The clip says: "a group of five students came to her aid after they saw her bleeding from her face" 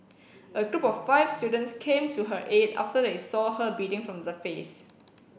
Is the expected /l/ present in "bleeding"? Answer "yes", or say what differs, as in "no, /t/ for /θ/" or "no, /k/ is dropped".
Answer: no, /l/ is dropped